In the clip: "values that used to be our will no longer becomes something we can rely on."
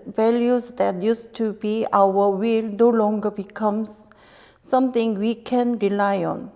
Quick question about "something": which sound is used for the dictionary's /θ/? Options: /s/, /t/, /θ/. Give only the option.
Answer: /t/